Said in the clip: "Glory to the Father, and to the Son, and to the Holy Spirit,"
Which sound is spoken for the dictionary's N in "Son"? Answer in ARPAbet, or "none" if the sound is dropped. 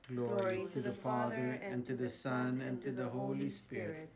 N